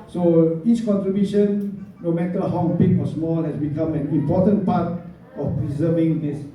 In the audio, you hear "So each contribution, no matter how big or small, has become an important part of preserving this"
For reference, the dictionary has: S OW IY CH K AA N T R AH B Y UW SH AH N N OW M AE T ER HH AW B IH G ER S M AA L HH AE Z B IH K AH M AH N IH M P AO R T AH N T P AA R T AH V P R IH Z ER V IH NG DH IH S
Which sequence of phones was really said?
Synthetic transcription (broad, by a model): S OW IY S K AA N T R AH B Y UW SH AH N N OW M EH T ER HH AW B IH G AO S M AA L HH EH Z B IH K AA M AH N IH M P AO T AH N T P AA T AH F P R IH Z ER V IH NG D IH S